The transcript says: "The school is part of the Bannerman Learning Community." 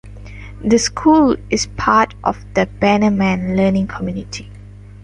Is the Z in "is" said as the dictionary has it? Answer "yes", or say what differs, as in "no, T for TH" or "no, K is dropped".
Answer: no, S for Z